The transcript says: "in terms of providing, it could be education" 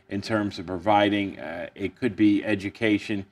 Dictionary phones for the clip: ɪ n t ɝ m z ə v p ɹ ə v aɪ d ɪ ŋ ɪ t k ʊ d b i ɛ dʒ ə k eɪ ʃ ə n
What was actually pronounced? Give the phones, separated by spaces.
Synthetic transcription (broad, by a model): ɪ n t ɝ m z ə v p ɹ ə v aɪ d ɪ ŋ ɪ t k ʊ d b i ɛ dʒ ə k eɪ ʃ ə n